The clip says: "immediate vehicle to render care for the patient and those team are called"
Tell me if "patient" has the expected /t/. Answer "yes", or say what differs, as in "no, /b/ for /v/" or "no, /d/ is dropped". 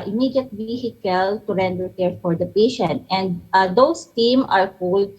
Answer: yes